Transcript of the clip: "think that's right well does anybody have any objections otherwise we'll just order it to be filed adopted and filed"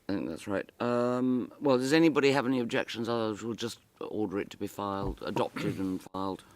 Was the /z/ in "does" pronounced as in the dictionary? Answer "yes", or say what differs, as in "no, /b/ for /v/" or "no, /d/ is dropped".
yes